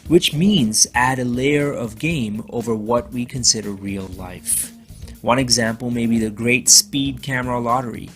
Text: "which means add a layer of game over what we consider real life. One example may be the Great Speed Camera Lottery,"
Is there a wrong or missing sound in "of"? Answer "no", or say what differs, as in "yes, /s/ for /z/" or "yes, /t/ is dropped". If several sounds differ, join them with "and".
no